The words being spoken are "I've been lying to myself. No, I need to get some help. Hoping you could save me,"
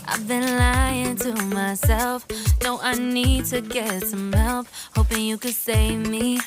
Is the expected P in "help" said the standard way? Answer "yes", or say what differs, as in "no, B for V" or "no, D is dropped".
no, F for P